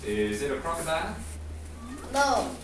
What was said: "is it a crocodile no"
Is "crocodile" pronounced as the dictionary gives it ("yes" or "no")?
no